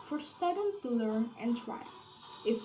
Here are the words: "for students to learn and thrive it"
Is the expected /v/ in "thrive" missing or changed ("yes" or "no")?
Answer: yes